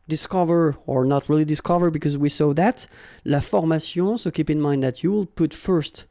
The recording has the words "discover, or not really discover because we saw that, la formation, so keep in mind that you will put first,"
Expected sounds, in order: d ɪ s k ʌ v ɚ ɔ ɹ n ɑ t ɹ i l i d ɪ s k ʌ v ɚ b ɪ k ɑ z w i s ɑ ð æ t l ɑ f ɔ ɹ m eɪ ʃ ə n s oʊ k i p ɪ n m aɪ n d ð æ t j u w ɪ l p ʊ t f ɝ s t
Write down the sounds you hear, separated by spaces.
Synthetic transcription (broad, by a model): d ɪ s k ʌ v ɚ ɔ ɹ n ɑ t ɹ i l i d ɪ s k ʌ v ɚ b ɪ k ɑ z w i s ɑ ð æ t l ɑ f ɔ ɹ m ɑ s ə s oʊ k i p ɪ n m aɪ n d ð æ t j u w ɪ l p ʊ t f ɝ s t